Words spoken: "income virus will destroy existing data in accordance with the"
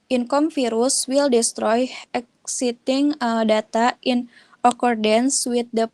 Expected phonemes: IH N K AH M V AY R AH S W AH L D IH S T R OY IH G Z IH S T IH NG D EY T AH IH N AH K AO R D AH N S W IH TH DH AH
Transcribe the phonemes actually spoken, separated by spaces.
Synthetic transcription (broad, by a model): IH N K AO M F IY R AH S W AH L D IH S T R OY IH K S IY T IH NG D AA T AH IH N AH K AO R D AH N S W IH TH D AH